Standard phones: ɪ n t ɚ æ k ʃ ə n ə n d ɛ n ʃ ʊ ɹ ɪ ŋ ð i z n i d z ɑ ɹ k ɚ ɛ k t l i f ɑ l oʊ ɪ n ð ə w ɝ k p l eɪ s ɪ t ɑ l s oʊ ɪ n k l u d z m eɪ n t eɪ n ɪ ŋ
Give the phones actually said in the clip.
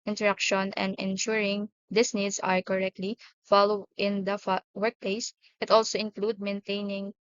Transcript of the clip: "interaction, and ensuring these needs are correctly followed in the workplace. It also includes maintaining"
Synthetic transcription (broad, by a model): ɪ n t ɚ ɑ k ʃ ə n ə n d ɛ n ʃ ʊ ɹ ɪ ŋ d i s n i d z ɑ ɹ k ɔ ɛ k t l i f ɑ l oʊ ɪ n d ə w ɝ k p l eɪ s ɪ t ɑ l s oʊ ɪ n k l u d m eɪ n t eɪ n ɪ ŋ